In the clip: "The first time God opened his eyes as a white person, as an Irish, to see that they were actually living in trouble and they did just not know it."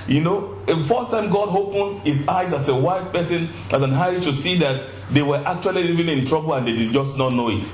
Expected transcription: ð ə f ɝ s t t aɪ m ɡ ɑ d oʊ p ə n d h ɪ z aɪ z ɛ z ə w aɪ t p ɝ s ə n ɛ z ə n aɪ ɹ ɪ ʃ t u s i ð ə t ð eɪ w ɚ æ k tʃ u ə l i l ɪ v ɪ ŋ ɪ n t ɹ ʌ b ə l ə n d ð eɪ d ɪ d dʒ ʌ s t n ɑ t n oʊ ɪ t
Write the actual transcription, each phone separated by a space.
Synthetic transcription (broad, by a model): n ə f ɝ s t t aɪ m ɡ ɑ d oʊ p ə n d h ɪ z aɪ z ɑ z ə w aɪ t p ɝ s ə n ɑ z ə n aɪ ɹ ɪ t t u s i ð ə t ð eɪ w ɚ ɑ k tʃ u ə l i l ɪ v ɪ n ɪ n t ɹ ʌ b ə l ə n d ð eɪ d ɪ d dʒ ʌ s t n ɑ t n oʊ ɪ t